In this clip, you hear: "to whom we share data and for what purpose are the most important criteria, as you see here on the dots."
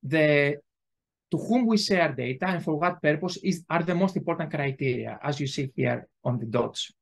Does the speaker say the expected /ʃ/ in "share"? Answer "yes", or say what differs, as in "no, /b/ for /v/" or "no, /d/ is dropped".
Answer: no, /s/ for /ʃ/